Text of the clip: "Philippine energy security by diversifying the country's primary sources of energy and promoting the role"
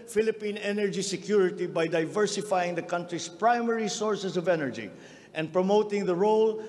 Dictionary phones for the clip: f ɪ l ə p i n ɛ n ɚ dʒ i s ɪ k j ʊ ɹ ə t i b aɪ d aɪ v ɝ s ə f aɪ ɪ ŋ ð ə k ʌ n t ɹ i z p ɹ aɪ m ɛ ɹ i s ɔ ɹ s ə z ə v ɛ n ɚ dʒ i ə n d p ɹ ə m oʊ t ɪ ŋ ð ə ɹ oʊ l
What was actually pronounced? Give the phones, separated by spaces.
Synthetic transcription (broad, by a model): f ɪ l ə p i n ɛ n ɚ dʒ i s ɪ k j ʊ ɹ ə t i b aɪ d aɪ v ɝ s ə f aɪ ɪ ŋ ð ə k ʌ n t ɹ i s p ɹ aɪ m ɛ ɹ i s ɔ ɹ s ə s ə v ɛ n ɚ dʒ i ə n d p ɹ ə m oʊ t ɪ ŋ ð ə ɹ oʊ l